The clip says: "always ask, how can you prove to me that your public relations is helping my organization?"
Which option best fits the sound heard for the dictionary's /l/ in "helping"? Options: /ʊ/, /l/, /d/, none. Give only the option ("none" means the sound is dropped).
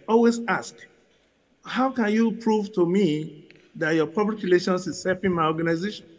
none